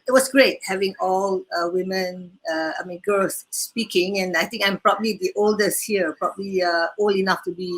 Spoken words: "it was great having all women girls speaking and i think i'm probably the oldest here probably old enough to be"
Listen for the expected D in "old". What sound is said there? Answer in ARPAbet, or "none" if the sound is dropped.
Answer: none